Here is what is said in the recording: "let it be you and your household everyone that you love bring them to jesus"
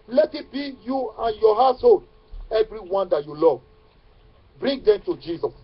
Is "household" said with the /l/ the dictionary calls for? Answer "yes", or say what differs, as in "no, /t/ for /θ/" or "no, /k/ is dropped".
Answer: no, /l/ is dropped